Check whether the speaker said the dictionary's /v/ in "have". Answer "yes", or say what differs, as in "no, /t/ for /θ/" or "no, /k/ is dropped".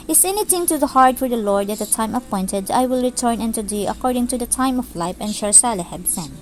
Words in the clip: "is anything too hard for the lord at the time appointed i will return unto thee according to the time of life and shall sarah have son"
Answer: no, /b/ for /v/